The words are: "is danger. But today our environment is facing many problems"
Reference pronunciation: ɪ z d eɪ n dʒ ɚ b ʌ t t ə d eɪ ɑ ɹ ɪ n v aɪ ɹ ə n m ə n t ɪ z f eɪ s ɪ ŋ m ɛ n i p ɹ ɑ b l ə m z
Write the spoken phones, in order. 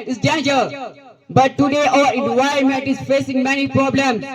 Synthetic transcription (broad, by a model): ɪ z d eɪ n dʒ ɚ b ʌ t t ə d eɪ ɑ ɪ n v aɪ ə m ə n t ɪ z f eɪ s ɪ ŋ m ɛ n i p ɹ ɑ b l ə m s